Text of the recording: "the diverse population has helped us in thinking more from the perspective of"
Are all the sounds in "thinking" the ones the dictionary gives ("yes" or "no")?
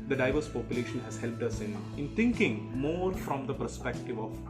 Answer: no